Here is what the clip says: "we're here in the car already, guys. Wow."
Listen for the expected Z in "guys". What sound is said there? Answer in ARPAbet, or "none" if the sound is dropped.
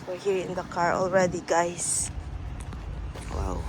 S